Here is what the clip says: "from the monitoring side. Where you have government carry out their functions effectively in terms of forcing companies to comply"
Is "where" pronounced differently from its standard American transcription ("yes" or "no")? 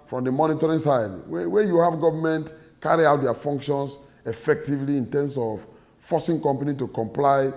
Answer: yes